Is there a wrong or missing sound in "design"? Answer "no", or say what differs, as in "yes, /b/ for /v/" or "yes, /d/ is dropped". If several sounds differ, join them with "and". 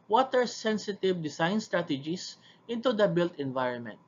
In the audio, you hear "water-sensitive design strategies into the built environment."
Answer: yes, /s/ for /z/